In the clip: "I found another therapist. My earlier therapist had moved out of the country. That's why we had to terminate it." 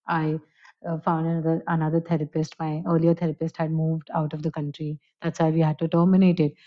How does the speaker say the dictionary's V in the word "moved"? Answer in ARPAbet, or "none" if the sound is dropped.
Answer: V